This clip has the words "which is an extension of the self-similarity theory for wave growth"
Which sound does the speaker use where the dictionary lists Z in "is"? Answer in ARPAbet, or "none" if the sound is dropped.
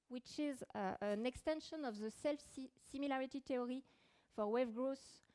Z